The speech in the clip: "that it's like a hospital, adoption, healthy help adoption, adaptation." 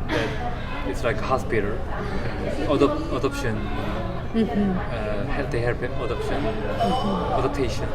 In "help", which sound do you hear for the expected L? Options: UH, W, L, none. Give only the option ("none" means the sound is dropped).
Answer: none